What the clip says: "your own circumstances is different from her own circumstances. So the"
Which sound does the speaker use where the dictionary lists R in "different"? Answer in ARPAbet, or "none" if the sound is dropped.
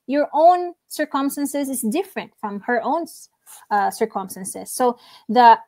R